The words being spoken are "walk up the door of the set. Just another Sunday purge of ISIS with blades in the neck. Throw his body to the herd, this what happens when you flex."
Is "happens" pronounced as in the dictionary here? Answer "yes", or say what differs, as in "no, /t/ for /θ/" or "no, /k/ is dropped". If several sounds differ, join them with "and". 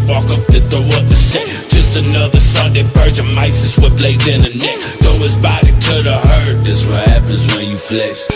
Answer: yes